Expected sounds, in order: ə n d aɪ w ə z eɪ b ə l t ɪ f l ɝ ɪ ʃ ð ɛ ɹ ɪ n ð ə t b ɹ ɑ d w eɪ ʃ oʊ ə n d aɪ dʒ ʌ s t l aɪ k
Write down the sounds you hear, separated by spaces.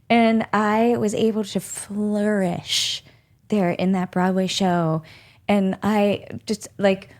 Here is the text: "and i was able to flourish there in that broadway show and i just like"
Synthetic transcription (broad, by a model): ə n aɪ w ə z eɪ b l t ɪ f l ɝ ɪ ʃ ð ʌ ɹ ɪ n ð ə t b ɹ ɑ d w eɪ ʃ oʊ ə n aɪ dʒ ʌ s t l aɪ k